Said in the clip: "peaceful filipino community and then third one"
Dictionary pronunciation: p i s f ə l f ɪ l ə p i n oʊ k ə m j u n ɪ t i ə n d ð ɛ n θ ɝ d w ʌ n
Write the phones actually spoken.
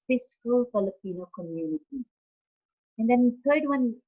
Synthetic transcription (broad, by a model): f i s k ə l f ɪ l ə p i n oʊ k ə m j u n ɪ t i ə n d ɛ n t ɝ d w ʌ n